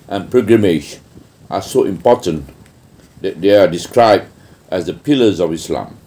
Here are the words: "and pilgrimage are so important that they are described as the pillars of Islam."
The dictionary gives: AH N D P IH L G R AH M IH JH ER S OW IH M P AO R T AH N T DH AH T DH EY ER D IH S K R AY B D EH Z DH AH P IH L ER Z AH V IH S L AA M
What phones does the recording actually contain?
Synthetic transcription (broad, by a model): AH N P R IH G R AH M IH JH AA S OW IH M P AO T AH N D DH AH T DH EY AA D IH S K R AY B D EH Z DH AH P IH L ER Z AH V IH S L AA M